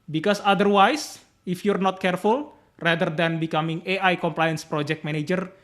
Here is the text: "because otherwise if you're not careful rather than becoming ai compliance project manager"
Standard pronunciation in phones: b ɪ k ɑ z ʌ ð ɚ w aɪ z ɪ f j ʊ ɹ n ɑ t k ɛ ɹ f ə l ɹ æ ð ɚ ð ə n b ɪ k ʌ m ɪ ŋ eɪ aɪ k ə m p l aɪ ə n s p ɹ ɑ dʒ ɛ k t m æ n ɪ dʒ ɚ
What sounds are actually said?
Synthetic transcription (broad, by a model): b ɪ k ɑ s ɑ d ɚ w aɪ s ɪ f j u ɹ n ɑ t k ɛ ɹ f ə l ɹ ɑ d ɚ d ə n b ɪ k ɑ m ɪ ŋ eɪ aɪ k ə m p l aɪ ə n s p ɹ ɑ dʒ ɛ k t m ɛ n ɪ dʒ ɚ